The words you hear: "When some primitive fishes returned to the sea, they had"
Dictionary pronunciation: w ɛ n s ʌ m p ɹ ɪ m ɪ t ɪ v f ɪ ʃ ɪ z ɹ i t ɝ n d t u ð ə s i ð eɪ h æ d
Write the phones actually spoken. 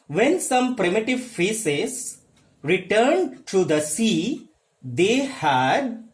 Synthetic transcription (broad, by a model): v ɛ n s ʌ m p ɹ ɪ m ɪ t ɪ v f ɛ s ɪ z ɹ i t ɝ n d t u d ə s i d eɪ h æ d